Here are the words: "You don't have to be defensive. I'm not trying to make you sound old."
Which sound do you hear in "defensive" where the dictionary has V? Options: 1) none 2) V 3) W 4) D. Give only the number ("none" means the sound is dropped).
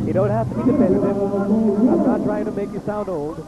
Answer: 1